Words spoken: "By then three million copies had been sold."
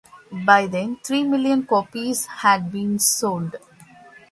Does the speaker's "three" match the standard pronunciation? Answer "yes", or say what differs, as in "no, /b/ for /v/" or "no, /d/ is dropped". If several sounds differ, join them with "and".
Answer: no, /t/ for /θ/